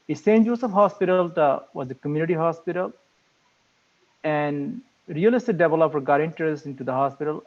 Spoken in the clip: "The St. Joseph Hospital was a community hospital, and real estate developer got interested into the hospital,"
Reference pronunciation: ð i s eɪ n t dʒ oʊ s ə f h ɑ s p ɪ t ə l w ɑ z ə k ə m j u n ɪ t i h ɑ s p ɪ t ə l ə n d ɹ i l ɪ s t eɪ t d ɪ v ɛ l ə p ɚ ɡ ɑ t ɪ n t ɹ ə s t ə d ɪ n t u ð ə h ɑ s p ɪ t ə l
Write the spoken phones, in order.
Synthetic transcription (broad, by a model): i s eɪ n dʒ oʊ s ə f h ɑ s p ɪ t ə l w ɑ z ə k ə m j u n ɪ t i h ɑ s p ɪ t ə l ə n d ɹ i l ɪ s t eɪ d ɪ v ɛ l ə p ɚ ɡ ɑ t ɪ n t ə t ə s ɪ n t u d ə h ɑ s p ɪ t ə l